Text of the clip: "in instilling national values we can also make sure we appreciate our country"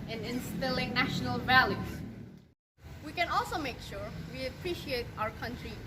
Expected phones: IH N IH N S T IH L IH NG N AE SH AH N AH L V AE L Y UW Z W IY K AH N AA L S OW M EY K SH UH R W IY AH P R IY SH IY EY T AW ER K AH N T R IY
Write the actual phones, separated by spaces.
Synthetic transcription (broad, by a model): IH N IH N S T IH L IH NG N AE SH AH N AH L V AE L Y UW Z W IY K AH N AA L S OW M EY K SH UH R W IY AH P R IY SH IY EY T AW ER K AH N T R IY